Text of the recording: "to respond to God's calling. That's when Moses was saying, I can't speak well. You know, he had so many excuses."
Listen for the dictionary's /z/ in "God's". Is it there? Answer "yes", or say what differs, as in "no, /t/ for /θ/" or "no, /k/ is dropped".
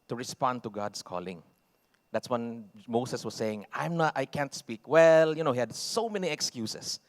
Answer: no, /s/ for /z/